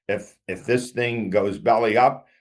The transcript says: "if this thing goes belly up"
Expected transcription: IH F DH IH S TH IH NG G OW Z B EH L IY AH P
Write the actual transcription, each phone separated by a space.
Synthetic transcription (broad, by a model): IH F DH IH S TH IH NG G OW Z B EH L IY AH P